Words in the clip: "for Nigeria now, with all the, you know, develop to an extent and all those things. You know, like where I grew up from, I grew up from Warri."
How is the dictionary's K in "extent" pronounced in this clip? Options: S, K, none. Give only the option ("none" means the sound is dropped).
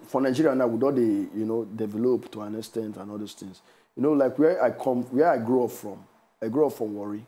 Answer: none